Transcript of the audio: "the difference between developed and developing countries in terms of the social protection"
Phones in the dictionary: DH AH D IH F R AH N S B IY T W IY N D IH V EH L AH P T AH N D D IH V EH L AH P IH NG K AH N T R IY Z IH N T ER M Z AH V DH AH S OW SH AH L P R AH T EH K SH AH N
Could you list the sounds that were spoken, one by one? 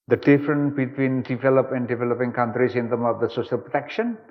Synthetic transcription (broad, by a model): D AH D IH F R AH N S B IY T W IY N D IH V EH L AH P AH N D D IH V EH L AH P IH NG K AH N T R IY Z IH N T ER M AH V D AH S OW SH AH L P R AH T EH K SH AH N